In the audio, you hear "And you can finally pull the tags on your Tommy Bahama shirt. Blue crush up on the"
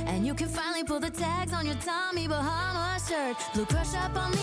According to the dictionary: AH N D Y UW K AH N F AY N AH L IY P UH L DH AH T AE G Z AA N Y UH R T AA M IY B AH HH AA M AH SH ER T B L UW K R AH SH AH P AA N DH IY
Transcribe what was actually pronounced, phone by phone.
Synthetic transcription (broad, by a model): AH N Y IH K AH N F AY N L IY P UH L DH AH T AE G Z N Y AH R T AA M IY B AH HH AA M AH S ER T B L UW K R AH SH AH P N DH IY